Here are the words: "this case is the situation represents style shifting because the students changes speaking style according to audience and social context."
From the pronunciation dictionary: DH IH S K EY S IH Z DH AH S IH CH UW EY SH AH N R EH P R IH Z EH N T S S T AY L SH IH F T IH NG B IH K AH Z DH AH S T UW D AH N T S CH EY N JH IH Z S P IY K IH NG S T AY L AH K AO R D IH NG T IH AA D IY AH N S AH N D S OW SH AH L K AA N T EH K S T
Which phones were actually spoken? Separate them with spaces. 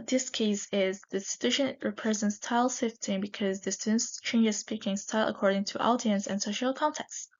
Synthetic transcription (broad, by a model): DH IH S K EY S IH Z DH AH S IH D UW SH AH N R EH P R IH Z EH N T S S T AY L S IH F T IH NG B IH K AH Z DH AH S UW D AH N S CH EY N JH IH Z S P IY K IH NG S T AY L AH K AO R D IH NG T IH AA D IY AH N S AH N S OW SH AH L K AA N T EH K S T